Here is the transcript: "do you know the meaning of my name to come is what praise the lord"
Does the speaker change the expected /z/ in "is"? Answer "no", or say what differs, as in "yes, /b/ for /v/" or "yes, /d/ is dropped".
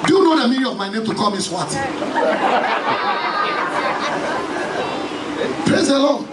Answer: yes, /s/ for /z/